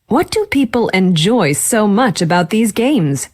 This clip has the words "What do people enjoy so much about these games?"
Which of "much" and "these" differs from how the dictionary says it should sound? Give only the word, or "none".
none